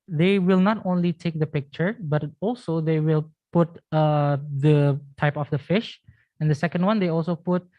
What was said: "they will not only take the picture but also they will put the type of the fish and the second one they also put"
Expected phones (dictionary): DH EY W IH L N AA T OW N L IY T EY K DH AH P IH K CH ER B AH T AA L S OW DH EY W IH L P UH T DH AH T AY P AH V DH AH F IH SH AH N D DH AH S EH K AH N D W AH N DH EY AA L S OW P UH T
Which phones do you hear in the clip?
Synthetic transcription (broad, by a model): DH EY W IH L N AA T OW N L IY T EY K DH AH P IH K CH ER B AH T AA L S OW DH EY W IH L P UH T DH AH T AY P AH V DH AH F IH SH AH N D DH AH S EH K AH N D W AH N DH EY AA L S OW P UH T